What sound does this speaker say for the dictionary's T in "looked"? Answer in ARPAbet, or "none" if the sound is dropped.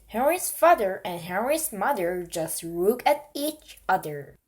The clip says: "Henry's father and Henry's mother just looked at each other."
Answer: none